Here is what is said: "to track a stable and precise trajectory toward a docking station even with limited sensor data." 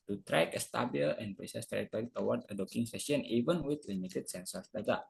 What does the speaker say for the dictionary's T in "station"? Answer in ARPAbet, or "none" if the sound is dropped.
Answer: S